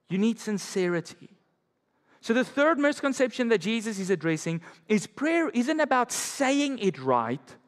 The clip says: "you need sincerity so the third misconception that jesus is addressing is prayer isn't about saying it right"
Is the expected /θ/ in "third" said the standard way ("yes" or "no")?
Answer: yes